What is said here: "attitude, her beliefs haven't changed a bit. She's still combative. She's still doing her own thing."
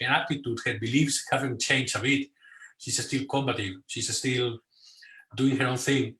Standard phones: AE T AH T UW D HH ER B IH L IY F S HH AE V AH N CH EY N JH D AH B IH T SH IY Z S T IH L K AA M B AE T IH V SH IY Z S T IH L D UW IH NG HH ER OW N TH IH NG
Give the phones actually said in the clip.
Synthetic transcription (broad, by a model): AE T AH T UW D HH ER B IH L IY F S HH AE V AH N CH EY N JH AH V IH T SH IY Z S T IH L K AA M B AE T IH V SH IY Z S T IH L D UW IH NG HH ER OW N TH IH NG